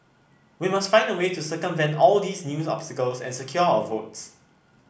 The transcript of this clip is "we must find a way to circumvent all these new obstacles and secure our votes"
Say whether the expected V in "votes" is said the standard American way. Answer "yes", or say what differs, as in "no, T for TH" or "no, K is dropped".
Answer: yes